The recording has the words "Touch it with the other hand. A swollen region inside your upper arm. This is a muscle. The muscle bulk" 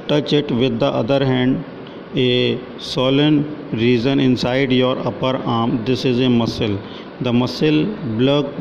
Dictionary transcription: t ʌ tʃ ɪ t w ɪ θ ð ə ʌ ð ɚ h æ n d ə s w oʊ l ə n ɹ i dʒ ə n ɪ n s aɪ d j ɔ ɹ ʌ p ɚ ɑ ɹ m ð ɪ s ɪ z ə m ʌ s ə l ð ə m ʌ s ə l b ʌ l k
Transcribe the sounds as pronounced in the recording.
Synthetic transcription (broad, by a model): t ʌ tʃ ɪ t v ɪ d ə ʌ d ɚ h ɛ n d ə s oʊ l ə n ɹ i z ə n ɪ n s aɪ d j ɔ ɹ ʌ p ɚ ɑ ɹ m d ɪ s ɪ z ə m ʌ s ə l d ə m ʌ s ə l b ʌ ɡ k